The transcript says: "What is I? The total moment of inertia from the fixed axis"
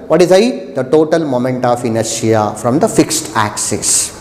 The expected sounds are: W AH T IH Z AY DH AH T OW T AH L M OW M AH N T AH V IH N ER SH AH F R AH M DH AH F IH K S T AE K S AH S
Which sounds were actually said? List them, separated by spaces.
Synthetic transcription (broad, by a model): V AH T IH Z AY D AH T OW T AH L M OW M AH N T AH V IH N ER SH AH F R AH M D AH F IH K S T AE K S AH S